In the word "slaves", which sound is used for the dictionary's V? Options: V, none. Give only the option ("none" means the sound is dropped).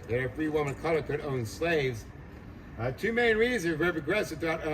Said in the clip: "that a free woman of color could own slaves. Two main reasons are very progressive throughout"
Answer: V